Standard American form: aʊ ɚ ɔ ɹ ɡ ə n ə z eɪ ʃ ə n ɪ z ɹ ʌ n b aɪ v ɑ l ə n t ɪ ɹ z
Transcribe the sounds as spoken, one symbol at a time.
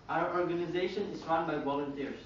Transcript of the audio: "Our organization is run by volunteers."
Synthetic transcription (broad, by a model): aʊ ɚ ɔ ɹ ɡ ə n ə z eɪ ʃ ə n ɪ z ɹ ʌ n b aɪ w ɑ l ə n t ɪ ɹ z